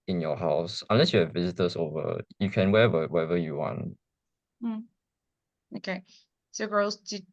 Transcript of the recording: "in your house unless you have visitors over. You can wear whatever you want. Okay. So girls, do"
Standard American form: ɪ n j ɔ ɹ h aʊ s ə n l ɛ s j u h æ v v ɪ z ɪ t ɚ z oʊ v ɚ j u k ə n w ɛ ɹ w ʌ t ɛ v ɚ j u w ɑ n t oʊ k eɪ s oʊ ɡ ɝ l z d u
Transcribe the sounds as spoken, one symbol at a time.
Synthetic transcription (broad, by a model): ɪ n j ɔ h aʊ s ə n l ɛ s j u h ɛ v v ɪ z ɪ t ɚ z oʊ v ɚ j u k ə n w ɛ w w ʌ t ɛ v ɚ j u w ɑ n t oʊ k eɪ s oʊ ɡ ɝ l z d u